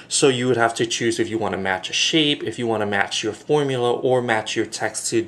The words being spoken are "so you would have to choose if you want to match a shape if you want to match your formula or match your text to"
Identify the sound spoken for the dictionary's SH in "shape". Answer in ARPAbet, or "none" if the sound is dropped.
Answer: SH